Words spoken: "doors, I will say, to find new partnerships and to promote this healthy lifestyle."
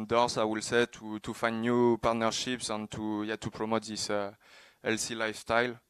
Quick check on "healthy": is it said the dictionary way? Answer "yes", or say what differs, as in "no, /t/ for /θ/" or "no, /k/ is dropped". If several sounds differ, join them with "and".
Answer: no, /s/ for /θ/